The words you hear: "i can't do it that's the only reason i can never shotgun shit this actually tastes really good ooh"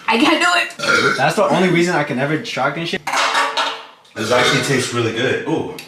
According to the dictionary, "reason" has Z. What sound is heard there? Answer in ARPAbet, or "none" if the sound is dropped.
Z